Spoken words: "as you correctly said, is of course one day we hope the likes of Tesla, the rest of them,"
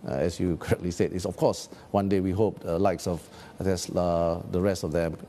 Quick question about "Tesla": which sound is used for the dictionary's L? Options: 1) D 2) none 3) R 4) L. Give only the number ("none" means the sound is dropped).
2